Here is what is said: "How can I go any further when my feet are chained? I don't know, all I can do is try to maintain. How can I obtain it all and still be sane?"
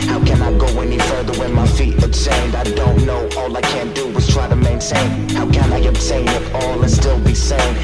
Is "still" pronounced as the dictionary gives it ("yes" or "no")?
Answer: yes